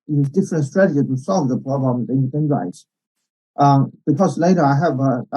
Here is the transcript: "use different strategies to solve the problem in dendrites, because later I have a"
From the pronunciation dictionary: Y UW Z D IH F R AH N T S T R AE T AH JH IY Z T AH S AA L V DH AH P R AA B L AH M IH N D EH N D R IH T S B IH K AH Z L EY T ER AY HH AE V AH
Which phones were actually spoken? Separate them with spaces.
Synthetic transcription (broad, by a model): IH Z D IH F R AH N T S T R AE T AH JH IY T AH S AA L V DH AH P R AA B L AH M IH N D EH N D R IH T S B IH K AH Z L EY T ER AY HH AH V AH